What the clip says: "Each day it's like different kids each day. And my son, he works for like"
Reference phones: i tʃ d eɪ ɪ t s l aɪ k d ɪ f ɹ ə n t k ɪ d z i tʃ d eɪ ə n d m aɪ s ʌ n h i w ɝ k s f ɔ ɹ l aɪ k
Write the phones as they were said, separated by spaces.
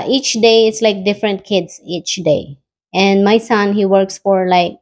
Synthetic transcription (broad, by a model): i tʃ d eɪ ɪ t s l aɪ k d ɪ f ɹ ə n t k ɪ d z i tʃ d eɪ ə n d m aɪ s ʌ n h i w ɝ k s f ɔ ɹ l aɪ k